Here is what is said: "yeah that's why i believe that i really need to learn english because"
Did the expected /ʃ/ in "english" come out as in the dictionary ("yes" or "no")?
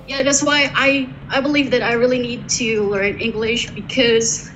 yes